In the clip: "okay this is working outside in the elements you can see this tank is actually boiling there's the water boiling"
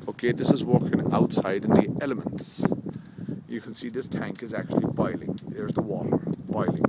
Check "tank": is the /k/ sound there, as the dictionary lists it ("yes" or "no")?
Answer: yes